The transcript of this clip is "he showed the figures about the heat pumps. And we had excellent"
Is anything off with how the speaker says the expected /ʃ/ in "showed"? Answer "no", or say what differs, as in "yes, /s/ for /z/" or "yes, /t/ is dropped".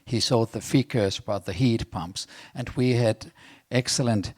yes, /s/ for /ʃ/